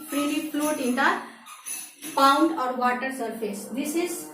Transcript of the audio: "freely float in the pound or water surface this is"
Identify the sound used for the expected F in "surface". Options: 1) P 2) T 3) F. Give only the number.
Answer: 1